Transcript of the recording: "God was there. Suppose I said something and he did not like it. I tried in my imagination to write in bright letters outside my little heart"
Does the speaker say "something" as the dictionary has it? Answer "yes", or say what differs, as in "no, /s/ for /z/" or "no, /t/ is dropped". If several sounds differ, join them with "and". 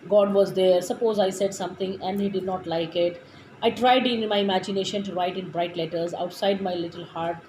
no, /t/ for /θ/